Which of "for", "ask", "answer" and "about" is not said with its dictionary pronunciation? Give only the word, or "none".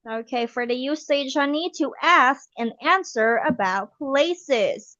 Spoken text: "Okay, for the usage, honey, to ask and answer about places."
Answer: none